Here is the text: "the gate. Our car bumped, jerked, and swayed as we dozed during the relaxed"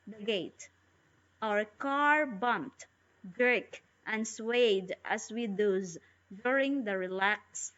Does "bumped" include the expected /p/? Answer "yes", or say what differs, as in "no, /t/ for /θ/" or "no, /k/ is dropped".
yes